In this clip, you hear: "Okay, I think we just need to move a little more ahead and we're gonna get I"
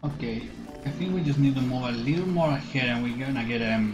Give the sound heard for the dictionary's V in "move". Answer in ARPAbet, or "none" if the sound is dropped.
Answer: none